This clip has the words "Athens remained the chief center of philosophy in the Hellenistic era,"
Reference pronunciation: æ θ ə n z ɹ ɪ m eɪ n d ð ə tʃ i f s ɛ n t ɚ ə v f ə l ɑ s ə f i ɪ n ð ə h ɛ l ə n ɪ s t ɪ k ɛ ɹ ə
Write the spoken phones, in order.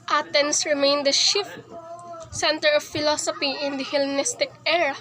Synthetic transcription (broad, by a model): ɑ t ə n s ɹ ɪ m eɪ n d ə ʃ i f s ɛ n t ɚ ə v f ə l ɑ s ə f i ɪ n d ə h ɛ l n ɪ s t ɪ k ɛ ɹ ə